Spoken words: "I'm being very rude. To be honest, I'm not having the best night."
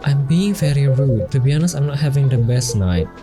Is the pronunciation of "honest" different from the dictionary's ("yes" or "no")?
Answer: yes